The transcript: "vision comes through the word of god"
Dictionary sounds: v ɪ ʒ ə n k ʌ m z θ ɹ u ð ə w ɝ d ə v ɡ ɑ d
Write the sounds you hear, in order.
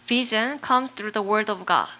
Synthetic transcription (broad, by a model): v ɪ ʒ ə n k ʌ m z θ ɹ u ð ə w ɝ d ə v ɡ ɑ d